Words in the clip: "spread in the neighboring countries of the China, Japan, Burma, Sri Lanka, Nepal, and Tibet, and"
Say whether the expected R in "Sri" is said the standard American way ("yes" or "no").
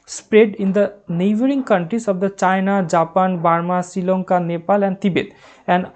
no